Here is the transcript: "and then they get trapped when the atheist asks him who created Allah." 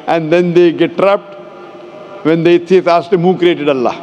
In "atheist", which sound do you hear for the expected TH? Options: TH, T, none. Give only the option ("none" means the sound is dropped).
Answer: T